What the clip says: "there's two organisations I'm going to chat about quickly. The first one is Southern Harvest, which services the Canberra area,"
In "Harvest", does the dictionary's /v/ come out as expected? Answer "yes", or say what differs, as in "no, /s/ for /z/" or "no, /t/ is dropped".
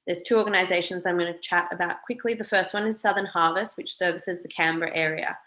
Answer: yes